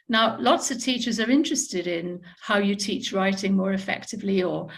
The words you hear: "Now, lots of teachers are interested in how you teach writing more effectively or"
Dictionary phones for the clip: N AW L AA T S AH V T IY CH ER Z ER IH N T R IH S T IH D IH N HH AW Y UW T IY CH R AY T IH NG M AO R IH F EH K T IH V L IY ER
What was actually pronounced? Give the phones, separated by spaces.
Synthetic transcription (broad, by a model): N AW L AA T S AH V T IY CH ER Z ER IH N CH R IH S T IH D IH N HH AW Y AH T IY CH R AY T IH NG M AO R IH F EH K T IH V L IY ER